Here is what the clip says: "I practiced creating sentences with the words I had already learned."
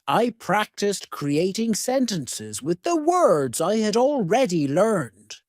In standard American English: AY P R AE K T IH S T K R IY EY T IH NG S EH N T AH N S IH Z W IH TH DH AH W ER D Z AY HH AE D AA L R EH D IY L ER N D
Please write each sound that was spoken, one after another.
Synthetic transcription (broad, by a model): AY P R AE K T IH S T K R IY EY T IH NG S EH N T AH N S IH Z W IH DH AH W ER D Z AY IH D AA L R EH D IY L ER N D